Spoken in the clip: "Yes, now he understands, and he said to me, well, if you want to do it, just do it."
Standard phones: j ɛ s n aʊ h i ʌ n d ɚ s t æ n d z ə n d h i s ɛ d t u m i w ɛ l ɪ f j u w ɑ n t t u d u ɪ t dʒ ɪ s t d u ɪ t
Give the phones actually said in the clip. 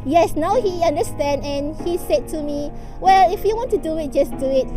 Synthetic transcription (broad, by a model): j ɛ s n aʊ h i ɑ n d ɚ s t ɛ n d ə n h i s ɛ d t u m i w ɛ l ɪ f j u w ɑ n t t u d u ɪ t dʒ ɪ s d u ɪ t